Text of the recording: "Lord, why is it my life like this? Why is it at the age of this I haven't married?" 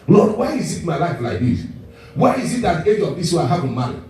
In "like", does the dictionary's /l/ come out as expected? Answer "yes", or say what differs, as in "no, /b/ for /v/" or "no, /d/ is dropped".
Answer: yes